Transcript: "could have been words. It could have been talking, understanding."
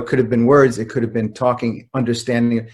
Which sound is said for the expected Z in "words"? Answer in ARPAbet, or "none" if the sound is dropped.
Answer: Z